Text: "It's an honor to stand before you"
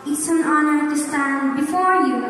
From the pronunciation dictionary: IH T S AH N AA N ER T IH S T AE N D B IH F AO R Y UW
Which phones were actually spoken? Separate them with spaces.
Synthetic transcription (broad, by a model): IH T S AH N AA N ER T IH S T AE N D B IH F AO R Y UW